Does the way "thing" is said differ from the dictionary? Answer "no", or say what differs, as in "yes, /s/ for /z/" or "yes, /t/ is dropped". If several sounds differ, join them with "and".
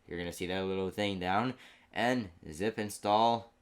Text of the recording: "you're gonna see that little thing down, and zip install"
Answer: no